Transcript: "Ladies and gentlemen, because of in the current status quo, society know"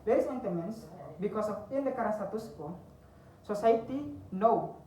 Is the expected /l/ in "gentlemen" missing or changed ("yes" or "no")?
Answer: yes